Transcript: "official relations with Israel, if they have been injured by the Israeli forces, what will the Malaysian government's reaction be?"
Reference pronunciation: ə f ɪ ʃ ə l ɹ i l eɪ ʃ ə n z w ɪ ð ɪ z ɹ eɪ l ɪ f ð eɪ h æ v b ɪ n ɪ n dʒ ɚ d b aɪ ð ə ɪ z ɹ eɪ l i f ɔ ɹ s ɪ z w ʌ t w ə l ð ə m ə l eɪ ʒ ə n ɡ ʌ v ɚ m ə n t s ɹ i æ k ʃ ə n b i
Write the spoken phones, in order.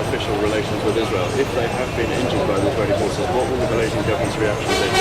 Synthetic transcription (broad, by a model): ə f ɪ ʃ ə l ɹ i l eɪ ʃ ə n z w ɪ ð ɪ z ɹ eɪ l ɪ f ð eɪ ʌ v b ɪ n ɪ n dʒ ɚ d b aɪ ð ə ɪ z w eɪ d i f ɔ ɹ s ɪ w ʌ t w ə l ð ə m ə l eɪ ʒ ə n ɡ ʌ v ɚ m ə n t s ɹ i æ k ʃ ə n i